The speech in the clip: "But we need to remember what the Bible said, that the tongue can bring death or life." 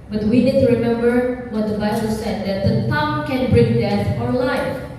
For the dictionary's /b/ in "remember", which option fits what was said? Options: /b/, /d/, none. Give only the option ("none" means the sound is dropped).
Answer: /b/